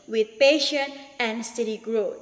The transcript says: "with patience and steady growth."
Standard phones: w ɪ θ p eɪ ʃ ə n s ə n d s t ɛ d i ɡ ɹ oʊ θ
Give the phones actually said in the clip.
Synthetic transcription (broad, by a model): w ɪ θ p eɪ ʃ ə n ə n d s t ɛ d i ɡ ɹ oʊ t